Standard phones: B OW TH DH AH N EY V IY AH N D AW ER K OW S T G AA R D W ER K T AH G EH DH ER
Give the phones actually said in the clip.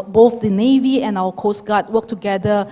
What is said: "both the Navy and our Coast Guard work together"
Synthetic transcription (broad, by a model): B OW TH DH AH N EY V IY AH N AW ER K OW S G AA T W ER K T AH G EH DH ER